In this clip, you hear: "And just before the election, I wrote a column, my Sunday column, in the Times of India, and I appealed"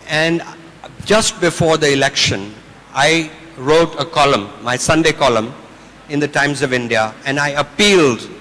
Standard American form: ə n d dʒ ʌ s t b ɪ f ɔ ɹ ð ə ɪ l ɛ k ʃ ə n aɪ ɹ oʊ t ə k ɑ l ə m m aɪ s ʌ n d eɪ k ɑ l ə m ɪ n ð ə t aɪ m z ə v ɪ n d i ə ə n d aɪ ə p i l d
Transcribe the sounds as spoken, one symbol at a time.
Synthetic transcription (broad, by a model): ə n d dʒ ʌ s t b ɪ f ɔ ɹ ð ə ɪ l ɛ k ʃ ə n aɪ ɹ oʊ t ə k ɑ l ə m m aɪ s ʌ n d eɪ k ɑ l ə m ɪ n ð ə t aɪ m z ə v ɪ n d i ə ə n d aɪ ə p i l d